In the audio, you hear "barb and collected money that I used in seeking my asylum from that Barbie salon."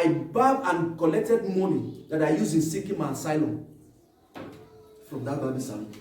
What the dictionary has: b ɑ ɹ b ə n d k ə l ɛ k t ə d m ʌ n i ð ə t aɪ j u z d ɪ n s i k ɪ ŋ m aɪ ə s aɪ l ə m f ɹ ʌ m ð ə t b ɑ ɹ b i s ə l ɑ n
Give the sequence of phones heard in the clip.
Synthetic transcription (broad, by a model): b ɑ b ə n k ə l ɛ k t ə d m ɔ n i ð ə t aɪ j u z ɪ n s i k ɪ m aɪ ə s aɪ l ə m f ɹ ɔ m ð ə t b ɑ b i s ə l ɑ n